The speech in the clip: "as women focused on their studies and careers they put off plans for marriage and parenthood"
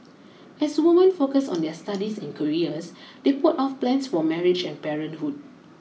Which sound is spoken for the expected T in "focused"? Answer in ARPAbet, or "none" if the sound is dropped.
none